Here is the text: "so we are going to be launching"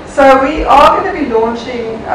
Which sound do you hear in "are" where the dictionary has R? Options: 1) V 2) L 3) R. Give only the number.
2